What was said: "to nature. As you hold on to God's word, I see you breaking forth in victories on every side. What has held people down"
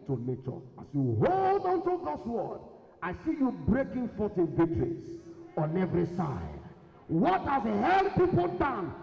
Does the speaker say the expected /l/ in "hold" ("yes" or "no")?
yes